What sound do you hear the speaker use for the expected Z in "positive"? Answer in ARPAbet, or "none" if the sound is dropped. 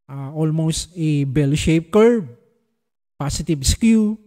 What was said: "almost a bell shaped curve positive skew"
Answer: S